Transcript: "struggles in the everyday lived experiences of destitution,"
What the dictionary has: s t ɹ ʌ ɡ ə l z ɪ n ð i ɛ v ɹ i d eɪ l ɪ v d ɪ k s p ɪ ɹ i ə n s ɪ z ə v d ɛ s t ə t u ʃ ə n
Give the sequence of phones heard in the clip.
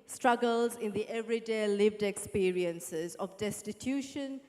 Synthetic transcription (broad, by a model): s t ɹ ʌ ɡ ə l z ɪ n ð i ɛ v ɹ i d eɪ l ɪ v d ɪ k s p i ɹ i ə n s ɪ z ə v d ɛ s t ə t u ʃ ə n